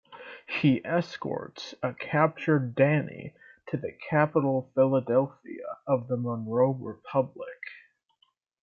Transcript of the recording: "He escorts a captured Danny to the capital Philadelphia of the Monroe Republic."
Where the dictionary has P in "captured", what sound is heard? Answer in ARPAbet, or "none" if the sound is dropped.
P